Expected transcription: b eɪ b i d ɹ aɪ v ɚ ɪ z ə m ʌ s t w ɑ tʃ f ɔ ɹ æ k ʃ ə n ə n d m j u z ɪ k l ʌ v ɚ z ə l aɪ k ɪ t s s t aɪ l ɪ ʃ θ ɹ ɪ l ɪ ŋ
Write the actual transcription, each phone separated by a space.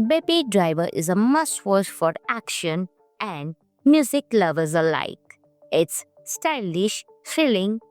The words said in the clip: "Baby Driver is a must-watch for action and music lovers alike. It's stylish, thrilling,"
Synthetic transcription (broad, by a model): b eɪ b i d ɹ aɪ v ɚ ɪ z ə m ʌ s t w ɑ ʃ f ɔ ɹ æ k ʃ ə n ə n d m j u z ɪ k l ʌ v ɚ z ə l aɪ k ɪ t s s t aɪ l ɪ ʃ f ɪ l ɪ ŋ